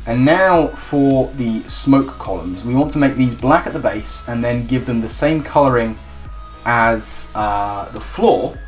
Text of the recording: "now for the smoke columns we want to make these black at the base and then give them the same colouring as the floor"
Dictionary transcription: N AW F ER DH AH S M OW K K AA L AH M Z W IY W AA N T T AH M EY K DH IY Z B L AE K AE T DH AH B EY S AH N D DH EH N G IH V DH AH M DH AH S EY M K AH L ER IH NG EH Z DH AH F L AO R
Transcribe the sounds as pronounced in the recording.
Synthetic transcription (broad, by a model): N AW F ER DH AH S M OW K K AA L AH M Z W IY W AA N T T AH M EY K DH IY Z B L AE K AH T DH AH B EY S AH N DH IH N G IH V DH AH M DH AH S EY M K AH L ER IH NG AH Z DH AH F L AO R